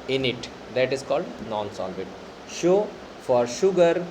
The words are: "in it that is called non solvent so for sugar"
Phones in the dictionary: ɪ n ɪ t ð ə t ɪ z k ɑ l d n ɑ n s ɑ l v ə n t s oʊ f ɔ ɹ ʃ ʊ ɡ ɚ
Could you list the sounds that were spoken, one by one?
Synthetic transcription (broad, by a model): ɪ n ɪ t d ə t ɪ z k ɑ l d n ɑ n s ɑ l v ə t ʃ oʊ f ɔ ɹ ʃ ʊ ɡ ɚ